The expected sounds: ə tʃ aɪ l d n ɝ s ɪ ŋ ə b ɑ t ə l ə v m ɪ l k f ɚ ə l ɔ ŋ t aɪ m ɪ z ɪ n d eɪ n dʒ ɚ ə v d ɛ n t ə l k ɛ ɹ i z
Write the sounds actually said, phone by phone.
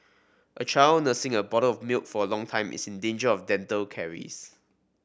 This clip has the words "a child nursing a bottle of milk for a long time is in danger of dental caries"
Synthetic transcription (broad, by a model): ə tʃ aɪ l n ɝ s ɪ ŋ ə b ɑ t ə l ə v m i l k f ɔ ə l ɔ ŋ t aɪ m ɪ s ɪ n d eɪ n dʒ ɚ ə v d ɛ n t ə l k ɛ ɹ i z